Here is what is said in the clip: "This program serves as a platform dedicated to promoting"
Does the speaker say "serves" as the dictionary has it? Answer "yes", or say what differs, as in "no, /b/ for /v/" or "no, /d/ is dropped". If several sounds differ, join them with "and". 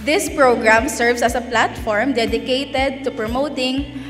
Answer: no, /s/ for /z/